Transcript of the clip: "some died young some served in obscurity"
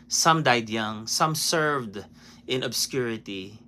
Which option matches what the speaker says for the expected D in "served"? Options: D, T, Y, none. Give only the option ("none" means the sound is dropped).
D